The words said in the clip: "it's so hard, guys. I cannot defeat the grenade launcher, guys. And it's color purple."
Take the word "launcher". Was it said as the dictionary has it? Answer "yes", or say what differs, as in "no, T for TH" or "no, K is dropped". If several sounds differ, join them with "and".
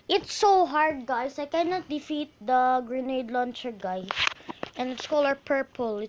yes